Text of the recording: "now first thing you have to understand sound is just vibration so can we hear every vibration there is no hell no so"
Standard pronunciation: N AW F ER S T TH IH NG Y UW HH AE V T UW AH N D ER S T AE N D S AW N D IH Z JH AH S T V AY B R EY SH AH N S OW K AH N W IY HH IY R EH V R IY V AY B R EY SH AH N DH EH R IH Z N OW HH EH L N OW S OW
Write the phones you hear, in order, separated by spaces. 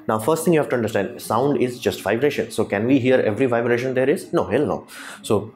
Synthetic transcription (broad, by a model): N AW F ER S T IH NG Y UW HH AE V T UW AH N D ER S T AE N D S AW N D IH Z JH AH S T V AY B R EY SH AH N S OW K AH N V IY HH IY R EH V R IY V AY B R EY SH AH N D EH R IH Z N OW HH EH L N OW S OW